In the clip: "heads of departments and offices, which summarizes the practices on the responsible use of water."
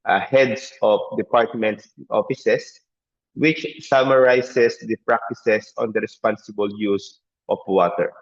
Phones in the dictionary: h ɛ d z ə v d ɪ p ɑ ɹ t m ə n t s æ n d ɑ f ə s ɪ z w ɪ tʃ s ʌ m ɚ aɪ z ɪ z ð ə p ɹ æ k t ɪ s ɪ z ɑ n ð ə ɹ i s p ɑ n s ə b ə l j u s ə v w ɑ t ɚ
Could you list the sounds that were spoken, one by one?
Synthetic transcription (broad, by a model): h ɛ d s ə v d ɪ p ɑ ɹ t m ə n t s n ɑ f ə s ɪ s w ɪ tʃ s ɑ m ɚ aɪ s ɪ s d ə p ɹ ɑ k t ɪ s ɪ s ɑ n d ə ɹ i s p ɑ n s ə b ə l j u s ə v w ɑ t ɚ